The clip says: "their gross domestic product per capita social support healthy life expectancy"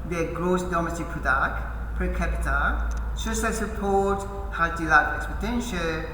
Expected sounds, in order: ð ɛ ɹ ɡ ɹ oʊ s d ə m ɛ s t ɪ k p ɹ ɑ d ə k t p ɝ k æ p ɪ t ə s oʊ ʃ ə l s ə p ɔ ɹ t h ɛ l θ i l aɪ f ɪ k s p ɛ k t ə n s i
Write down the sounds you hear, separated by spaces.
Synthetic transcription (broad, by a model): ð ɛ ɡ ɹ oʊ s d ə m ɛ s t ɪ k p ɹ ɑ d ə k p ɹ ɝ k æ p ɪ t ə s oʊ s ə s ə p ɔ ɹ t h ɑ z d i l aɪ ɪ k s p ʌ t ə n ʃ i